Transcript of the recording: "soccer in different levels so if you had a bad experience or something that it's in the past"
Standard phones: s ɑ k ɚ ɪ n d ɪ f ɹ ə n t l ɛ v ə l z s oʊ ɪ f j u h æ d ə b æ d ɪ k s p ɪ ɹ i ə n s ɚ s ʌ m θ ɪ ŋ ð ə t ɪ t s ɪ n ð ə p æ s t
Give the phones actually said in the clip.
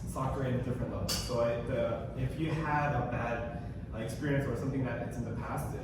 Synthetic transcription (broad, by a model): s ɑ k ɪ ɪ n d ɪ f ɹ ə n t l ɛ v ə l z s oʊ ɪ f j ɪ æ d ə b æ d ɪ k s p ɪ ɹ i ə n s ɚ s ʌ m θ ɪ ŋ ð ə t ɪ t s ɪ n ð ə p æ s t